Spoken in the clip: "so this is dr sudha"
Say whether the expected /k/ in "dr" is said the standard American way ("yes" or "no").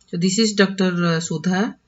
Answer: yes